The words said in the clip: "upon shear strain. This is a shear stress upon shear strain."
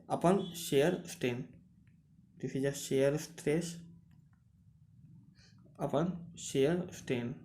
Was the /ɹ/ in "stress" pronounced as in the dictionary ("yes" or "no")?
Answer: yes